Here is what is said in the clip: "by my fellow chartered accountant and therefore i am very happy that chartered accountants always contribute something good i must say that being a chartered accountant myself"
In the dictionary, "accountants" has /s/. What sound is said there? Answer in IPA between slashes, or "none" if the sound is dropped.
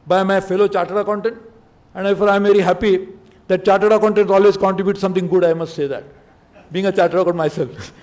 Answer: none